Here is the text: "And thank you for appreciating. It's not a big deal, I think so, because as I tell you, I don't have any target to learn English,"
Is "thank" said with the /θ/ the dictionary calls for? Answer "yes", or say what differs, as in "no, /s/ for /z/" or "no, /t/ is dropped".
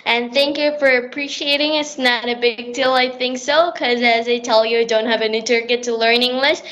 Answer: yes